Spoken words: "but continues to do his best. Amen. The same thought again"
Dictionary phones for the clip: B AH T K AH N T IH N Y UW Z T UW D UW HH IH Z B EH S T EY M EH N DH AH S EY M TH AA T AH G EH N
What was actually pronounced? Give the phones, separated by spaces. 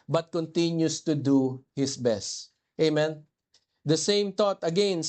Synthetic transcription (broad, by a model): B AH T K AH N T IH N Y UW S T UW D UW HH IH S B EH S T EY M EH N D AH S EY M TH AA T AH G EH N